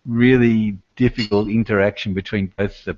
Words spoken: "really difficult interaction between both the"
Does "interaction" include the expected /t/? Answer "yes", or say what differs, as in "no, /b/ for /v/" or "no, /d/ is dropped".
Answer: yes